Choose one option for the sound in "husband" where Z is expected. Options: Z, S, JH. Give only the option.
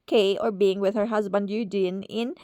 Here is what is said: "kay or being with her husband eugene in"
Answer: Z